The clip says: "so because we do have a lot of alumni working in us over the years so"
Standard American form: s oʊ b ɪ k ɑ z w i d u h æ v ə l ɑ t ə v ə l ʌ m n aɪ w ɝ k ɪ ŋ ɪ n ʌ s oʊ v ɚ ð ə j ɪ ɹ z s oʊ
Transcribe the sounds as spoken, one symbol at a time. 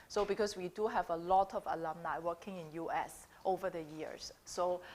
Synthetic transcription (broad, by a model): s oʊ b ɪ k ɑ s w i d u h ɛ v ə l ɑ t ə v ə l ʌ m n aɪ w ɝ k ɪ ŋ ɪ n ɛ s oʊ v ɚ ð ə j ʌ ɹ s oʊ